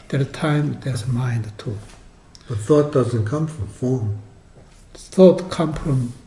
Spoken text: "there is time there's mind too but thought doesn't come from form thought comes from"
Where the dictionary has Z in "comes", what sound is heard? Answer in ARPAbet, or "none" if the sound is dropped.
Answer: none